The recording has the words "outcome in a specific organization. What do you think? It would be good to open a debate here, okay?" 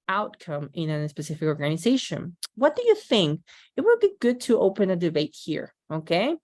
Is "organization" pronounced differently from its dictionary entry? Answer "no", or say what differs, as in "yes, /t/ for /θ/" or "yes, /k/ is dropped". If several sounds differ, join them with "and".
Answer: no